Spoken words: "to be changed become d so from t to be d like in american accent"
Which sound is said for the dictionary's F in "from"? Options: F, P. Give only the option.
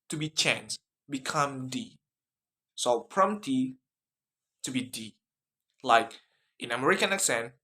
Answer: P